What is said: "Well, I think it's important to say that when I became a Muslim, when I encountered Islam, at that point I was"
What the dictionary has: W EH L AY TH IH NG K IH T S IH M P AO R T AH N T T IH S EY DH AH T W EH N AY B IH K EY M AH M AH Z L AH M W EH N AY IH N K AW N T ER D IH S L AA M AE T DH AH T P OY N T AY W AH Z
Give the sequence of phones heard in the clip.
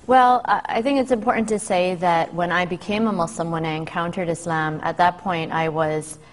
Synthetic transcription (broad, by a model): W EH L AY TH IH NG K IH T S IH M P AO R T N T T IH S EY DH AH T W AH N AY B IH K EY M AH M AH S L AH M W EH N AY IH N K AW N T ER D IH S L AA M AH T DH AH T P OY N T AY W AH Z